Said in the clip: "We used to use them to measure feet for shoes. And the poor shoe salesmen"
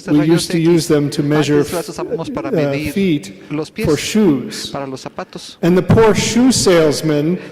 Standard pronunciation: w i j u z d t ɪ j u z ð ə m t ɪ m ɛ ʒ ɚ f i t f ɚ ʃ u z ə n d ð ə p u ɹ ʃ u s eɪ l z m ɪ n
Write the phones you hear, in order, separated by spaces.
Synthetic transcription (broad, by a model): w i j u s t ɪ j u z ð ə m t ɪ m ɛ ʒ ɚ f i t f ɚ ʃ u z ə n ð ə p u ɹ ʃ u s eɪ l z m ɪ n